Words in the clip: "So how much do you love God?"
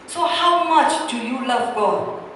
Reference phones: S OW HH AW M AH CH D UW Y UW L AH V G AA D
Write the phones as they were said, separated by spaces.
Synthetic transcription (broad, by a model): S OW HH AW M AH CH D UW Y UW L AH V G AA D